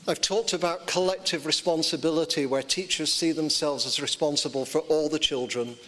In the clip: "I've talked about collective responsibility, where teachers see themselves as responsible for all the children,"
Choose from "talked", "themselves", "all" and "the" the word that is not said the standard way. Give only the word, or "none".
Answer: none